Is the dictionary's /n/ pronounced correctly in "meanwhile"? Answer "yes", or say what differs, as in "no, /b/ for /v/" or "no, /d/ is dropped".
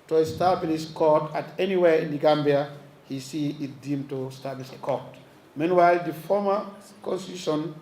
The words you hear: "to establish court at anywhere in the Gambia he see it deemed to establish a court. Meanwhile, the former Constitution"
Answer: yes